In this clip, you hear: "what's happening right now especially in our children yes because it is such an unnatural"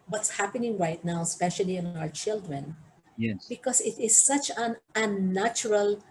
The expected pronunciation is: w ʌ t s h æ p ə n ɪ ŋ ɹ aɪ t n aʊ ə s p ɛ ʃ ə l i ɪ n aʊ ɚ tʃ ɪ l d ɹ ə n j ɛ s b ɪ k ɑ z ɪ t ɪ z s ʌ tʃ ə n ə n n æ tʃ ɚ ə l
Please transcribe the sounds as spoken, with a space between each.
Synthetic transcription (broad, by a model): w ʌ t s h æ p ə n ɪ ŋ ɹ aɪ t n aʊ ə s p ɛ ʃ ə l i ɪ n aʊ ɚ tʃ ɪ l d ɹ ə n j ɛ b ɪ k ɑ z ɪ t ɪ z s ʌ tʃ ə n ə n n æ tʃ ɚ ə l